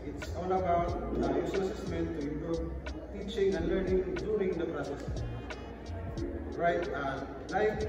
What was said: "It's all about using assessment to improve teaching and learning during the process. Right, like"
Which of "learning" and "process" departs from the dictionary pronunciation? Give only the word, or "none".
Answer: none